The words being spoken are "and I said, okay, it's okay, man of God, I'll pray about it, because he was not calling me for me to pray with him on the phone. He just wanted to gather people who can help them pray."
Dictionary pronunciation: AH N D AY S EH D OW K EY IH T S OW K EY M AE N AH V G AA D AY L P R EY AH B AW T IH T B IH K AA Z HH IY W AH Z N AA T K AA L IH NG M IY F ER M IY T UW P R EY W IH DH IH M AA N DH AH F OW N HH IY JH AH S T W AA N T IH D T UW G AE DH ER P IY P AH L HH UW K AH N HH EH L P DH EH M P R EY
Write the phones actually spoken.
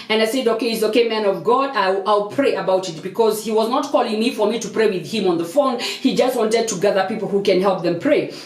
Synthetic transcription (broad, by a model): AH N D AY S EH D OW K EY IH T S OW K EY M AE N AH V G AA D AY L P R EY AH B AW T IH T B IH K AA Z HH IY W AH Z N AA T K AA L IH NG M IY F ER M IY T UW P R EY W IH DH IH M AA N DH AH F OW N HH IY JH AH S T W AA N T IH D T UW G AE DH ER P IY P L HH UW K AH N HH EH L P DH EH M P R EY